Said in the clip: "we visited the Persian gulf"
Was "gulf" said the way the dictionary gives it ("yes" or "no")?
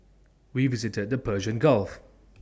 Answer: yes